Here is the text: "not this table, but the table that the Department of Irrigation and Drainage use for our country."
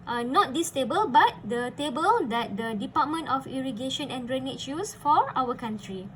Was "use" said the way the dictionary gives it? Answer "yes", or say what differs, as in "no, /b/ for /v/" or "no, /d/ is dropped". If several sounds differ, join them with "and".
yes